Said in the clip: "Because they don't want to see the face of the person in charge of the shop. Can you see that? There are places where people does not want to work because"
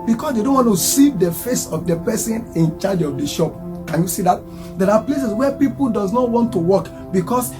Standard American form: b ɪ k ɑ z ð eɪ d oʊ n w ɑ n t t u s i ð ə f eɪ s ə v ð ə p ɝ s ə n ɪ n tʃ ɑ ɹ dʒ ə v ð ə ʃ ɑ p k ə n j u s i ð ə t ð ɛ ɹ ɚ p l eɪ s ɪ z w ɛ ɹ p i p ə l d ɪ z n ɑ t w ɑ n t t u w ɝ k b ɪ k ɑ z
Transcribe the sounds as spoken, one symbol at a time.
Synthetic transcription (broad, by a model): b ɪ k ɑ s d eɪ d oʊ n w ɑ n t t u s i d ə f eɪ s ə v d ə p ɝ s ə n ɪ n tʃ ɑ dʒ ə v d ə ʃ ɑ p k ə n j u s i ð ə t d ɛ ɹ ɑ p l eɪ s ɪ s w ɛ p i p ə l d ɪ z n ɑ t w ɑ n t t u w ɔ k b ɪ k ɑ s